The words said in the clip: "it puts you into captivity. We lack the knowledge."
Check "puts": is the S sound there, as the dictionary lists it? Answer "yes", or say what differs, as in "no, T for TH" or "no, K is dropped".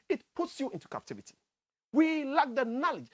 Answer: yes